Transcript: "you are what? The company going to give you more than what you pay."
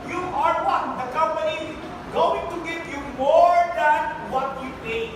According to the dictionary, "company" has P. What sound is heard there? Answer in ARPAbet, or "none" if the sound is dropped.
P